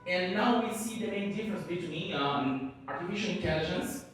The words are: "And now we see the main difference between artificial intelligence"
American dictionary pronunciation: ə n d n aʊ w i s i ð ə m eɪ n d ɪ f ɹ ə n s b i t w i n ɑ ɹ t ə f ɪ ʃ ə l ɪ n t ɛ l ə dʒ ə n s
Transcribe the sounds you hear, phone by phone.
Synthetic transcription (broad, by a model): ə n n aʊ w i s i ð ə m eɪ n d ɪ f ɹ ə n s b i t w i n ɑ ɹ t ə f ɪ ʃ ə n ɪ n t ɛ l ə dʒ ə n s